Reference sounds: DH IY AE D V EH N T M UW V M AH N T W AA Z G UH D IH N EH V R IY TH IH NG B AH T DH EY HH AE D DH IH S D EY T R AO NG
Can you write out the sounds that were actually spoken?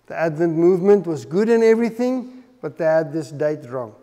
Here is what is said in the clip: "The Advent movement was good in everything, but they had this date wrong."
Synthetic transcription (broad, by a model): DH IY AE D V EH N T M UW V M AH N T W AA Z G UH D IH N EH V R IY TH IH NG B AH T DH EY HH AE D DH IH S D EY T R AO NG